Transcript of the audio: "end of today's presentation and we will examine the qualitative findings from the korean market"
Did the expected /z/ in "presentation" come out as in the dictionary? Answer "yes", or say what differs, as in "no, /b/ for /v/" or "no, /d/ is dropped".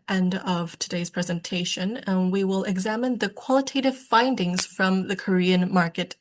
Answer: yes